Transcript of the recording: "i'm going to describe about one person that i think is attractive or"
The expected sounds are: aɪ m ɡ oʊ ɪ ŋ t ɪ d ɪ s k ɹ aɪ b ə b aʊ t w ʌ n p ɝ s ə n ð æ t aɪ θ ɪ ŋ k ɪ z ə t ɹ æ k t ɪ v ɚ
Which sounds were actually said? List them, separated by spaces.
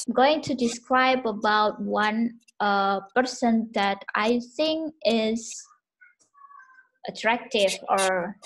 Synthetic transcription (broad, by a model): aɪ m ɡ oʊ ɪ ŋ t ɪ d ɪ s k ɹ aɪ b ə b aʊ t w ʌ n p ɝ s ə n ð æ t aɪ θ ɪ ŋ k ɪ z ə t ɹ æ k t ɪ v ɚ